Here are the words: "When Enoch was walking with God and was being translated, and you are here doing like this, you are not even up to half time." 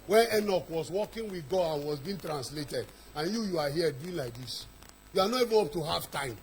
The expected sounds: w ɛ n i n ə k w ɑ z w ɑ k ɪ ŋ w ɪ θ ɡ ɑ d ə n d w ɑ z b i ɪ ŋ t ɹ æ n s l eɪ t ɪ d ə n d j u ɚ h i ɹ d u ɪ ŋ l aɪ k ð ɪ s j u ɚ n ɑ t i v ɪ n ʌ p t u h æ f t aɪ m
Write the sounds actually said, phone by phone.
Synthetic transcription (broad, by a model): w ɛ n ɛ n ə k w ɑ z w ɑ k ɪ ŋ w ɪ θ ɡ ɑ ə n w ɑ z b i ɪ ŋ t ɹ æ n s l eɪ t ɪ d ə n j j u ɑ h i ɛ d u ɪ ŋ l aɪ k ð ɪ s j u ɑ n ɑ t i v ɪ n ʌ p t u h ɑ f t aɪ m